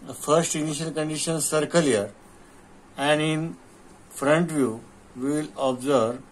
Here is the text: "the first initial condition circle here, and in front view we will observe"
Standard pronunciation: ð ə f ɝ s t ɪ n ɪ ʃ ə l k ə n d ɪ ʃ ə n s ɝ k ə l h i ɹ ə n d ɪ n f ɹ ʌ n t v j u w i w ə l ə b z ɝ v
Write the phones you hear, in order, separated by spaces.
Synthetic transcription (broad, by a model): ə f ɝ s t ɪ n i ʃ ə l k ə n d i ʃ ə n s ɝ k ə l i ɹ ə n d ɪ n f ɹ ʌ n t v j u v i l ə b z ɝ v